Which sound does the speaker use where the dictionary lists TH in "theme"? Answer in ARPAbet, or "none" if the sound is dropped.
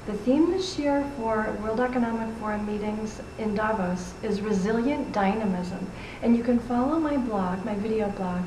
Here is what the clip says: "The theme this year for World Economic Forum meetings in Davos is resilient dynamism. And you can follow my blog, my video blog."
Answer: TH